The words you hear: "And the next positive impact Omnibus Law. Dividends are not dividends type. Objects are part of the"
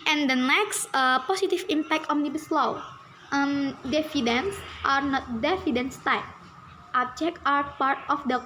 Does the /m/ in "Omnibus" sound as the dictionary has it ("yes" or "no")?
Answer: no